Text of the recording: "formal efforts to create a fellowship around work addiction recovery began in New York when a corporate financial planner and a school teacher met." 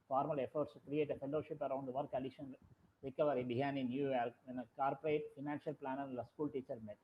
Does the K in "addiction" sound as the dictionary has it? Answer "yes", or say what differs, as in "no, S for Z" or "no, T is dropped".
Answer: no, K is dropped